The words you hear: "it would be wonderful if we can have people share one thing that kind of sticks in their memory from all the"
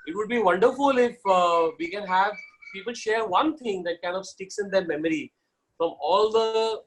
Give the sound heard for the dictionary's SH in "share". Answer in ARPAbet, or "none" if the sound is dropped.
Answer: SH